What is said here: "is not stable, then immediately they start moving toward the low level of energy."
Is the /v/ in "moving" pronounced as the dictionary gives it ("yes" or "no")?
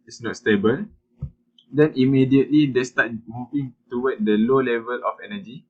no